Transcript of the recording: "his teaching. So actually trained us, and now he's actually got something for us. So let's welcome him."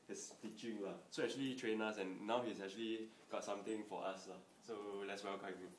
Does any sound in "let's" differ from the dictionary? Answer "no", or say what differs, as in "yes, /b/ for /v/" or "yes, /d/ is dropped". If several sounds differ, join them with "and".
no